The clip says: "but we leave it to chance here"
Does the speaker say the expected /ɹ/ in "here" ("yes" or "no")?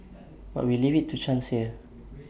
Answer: no